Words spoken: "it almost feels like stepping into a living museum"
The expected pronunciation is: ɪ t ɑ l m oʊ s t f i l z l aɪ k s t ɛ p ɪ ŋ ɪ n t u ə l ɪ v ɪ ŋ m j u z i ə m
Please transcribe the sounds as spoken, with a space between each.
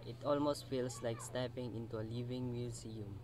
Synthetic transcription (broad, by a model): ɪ t ɑ l m oʊ s t f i l s l aɪ k s t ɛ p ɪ ŋ ɪ n t u ə l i v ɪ ŋ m j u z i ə m